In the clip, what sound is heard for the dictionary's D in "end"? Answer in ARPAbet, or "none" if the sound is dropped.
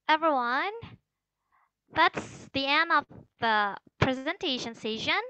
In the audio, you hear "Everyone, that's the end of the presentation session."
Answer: none